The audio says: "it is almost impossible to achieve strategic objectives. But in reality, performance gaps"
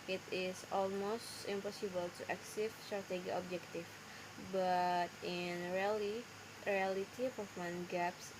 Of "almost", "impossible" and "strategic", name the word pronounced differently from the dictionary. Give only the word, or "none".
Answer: strategic